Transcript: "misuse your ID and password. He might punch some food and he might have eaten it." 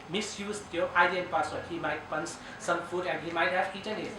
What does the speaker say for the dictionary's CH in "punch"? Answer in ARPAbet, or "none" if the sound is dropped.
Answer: S